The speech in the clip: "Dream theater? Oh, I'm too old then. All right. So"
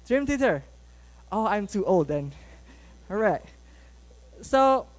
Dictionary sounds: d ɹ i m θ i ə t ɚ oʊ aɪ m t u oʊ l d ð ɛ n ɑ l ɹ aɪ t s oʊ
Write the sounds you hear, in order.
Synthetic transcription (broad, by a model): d ɹ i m t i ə t oʊ aɪ m t u oʊ l d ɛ n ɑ ɹ aɪ t s oʊ